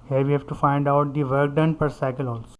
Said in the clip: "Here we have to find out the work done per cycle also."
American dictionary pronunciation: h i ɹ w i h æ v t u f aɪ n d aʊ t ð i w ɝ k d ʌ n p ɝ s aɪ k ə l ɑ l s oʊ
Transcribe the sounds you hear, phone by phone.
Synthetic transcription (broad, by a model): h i ɹ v i h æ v t u f aɪ n d aʊ t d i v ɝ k d ʌ n p ɝ s aɪ k ə l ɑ l s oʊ